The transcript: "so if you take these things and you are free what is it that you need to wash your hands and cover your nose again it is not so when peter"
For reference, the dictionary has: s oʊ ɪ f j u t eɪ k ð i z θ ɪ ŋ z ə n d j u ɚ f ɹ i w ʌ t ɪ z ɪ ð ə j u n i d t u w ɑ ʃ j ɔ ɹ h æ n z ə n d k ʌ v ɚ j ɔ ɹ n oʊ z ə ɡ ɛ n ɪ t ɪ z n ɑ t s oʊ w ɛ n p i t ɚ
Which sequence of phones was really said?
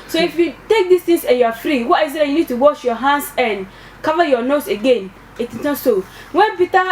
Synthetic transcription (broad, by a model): s oʊ ɪ f j u t eɪ k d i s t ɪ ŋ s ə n j u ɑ f ɹ i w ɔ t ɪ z ɪ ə j u n i d t u w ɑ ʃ j ɔ h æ n s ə n k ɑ v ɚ j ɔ n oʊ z ə ɡ ɛ n ɪ t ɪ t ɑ s oʊ w ɛ n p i t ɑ